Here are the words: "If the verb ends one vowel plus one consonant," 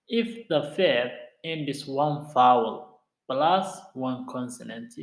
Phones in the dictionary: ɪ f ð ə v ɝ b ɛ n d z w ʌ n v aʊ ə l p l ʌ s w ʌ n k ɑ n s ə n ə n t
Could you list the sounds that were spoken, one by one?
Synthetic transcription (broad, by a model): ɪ f ð ə f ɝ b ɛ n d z w ʌ n f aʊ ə l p l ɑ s w ʌ n k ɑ n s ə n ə n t